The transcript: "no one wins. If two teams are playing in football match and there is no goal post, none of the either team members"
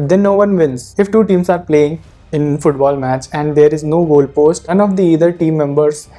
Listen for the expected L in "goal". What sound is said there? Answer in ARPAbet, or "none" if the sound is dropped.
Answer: L